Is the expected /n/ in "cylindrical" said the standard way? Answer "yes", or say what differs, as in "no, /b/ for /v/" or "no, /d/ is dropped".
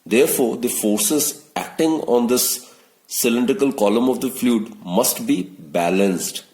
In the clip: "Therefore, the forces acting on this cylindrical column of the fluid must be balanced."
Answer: yes